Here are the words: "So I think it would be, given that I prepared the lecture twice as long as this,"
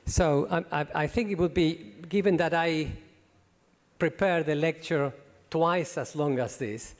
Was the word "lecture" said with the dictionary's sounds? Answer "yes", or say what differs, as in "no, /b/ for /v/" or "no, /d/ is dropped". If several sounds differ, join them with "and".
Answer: yes